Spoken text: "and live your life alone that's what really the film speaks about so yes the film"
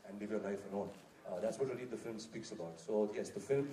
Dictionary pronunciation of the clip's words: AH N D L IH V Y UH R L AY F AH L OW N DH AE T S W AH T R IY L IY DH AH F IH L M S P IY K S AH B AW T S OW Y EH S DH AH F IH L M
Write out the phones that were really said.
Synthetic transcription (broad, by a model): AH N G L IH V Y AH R L AY F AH N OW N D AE T S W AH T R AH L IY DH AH F IH L M S P IY K S AH B AW T S OW Y EH S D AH F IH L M